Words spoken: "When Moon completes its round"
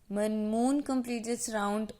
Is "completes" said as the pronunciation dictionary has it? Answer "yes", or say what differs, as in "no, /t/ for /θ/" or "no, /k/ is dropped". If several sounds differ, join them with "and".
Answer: no, /s/ is dropped